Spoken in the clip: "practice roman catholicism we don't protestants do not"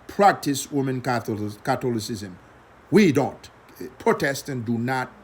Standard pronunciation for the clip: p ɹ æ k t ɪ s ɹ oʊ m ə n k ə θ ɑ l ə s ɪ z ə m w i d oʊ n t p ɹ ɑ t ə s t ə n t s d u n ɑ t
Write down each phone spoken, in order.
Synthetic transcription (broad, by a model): p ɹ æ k t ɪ s w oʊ m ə n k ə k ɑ l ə s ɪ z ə m w i d oʊ n t p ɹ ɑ t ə s t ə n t d u n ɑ t